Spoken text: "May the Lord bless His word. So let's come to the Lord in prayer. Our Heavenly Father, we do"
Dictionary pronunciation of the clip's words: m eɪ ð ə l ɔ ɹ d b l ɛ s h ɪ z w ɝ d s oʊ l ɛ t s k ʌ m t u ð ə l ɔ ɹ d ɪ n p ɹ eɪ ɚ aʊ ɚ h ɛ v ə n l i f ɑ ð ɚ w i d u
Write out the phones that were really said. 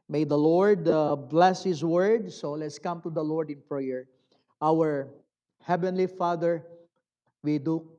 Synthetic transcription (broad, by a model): m eɪ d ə l ɔ ɹ d b l ɛ s h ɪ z w ɝ d s oʊ l ɛ t s k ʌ m t u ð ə l ɔ ɹ d ɪ n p ɹ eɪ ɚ aʊ ɚ h ɛ v ə n l i f ɑ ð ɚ w i d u